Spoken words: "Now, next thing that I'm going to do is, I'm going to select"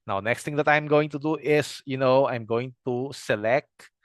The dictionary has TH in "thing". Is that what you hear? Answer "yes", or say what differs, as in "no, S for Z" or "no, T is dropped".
no, T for TH